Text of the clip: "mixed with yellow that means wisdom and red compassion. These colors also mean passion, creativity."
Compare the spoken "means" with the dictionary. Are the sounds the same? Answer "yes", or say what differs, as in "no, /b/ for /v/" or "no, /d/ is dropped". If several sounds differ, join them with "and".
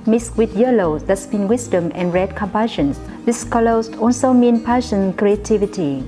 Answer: no, /z/ is dropped